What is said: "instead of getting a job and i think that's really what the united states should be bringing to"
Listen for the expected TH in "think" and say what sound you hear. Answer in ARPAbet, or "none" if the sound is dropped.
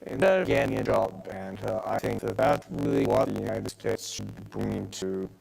TH